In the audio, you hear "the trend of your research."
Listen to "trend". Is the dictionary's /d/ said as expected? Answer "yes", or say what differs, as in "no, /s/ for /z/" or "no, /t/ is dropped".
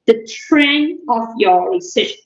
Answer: no, /d/ is dropped